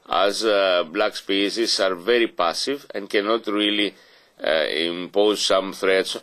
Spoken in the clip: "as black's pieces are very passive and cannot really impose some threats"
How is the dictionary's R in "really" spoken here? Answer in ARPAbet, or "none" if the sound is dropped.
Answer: R